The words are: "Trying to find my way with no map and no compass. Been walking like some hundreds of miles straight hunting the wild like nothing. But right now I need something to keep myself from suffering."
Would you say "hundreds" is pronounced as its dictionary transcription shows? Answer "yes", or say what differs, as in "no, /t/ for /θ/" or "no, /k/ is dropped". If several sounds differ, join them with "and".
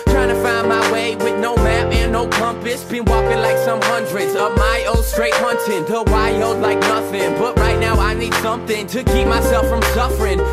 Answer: yes